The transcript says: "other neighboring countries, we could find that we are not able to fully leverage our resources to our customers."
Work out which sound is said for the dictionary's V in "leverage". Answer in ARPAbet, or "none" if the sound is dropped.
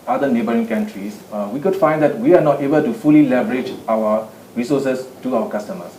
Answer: B